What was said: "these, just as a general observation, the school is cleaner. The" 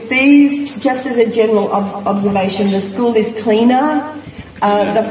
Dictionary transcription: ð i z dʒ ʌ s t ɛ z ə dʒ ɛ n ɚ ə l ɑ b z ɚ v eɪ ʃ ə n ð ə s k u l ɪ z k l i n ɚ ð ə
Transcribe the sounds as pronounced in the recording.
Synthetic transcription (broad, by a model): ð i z dʒ ʌ s t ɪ z ə dʒ ɛ n ɚ ə l ɑ b z ɚ v eɪ ʃ ə n ð ə s k u l ɪ z k l i n ɚ ð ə